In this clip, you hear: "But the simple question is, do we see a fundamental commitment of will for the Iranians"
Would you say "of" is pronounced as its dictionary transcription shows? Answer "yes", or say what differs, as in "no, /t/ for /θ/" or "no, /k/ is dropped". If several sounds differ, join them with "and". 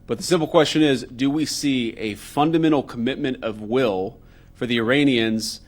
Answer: yes